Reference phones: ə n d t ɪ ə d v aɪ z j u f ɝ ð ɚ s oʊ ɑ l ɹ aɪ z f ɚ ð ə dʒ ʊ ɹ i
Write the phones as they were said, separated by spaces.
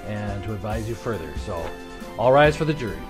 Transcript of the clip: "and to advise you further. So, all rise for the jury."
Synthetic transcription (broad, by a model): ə n t ɪ ə d v aɪ z j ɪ f ɝ ð ɚ s oʊ ɑ l ɹ aɪ z f ɚ ð ə dʒ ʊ ɹ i